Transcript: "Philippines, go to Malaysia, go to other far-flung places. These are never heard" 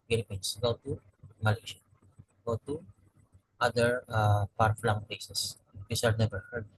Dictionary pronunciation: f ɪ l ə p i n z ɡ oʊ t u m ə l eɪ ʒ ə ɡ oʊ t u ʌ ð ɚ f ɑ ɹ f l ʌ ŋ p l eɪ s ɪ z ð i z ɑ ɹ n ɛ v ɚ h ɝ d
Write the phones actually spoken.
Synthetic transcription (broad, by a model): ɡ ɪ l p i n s ɡ oʊ t u m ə l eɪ ʃ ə ɡ oʊ t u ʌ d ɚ p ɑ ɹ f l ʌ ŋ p eɪ s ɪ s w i s ɑ ɹ n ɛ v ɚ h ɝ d